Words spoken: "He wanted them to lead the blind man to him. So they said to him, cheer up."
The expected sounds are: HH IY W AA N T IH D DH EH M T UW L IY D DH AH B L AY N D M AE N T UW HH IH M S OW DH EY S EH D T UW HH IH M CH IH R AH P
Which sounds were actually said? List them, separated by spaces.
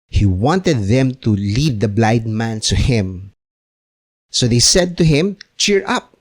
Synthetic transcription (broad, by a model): HH IY W AA N T IH D DH EH M T UW L IY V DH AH B L AY D M AE N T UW HH IH M S OW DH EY S EH D T UW HH IH M CH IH R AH P